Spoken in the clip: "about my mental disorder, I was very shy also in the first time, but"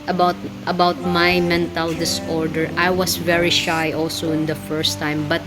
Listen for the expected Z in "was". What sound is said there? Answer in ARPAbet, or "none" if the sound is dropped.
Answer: S